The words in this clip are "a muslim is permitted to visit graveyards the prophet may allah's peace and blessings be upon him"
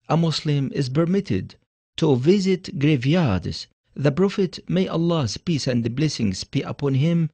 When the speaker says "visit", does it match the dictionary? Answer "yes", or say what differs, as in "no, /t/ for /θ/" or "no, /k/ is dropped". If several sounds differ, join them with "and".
yes